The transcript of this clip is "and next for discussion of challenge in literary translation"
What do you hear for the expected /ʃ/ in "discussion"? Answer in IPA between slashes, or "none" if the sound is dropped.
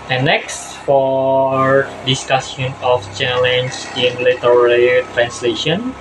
/s/